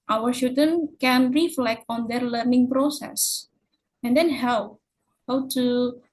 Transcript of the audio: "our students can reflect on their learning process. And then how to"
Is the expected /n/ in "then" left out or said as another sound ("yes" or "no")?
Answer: yes